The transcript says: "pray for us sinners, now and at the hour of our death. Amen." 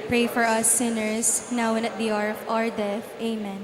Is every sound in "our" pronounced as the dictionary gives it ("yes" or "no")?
yes